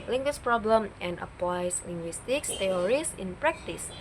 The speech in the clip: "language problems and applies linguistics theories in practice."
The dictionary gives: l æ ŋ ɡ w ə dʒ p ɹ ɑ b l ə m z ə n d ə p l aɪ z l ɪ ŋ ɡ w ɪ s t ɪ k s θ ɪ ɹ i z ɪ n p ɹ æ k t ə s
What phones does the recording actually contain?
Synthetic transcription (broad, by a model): l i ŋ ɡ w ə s p ɹ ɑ b l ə m ə n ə p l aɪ s l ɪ ŋ ɡ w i s t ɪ k s t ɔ ɹ i s ɪ n p ɹ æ k t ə s